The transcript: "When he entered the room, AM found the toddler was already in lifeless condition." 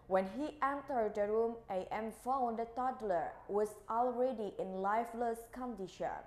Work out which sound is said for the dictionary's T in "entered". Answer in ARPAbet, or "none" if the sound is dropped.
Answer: T